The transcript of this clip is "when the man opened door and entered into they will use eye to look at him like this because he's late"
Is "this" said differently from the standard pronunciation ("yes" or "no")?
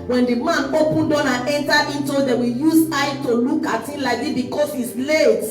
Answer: yes